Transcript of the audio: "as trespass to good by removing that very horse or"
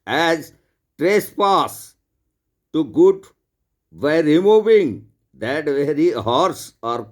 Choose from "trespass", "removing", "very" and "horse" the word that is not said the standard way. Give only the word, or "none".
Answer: none